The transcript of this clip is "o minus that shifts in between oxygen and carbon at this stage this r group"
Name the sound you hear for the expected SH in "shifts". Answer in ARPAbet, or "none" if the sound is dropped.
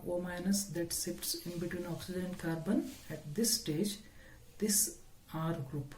S